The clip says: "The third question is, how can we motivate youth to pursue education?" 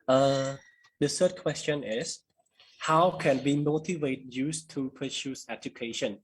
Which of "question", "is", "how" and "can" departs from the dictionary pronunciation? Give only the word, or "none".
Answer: is